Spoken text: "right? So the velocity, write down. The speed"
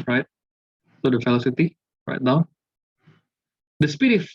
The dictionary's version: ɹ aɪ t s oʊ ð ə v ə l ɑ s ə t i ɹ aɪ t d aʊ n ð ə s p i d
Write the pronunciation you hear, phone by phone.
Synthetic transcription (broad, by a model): ɹ aɪ t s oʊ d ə f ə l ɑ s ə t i ɹ aɪ t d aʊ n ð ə s p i d